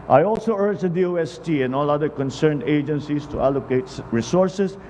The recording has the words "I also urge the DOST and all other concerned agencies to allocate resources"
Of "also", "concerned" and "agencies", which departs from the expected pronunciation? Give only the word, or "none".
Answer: agencies